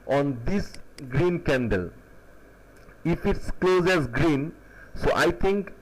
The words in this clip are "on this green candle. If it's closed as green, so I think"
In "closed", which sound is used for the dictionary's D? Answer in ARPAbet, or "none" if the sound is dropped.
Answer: none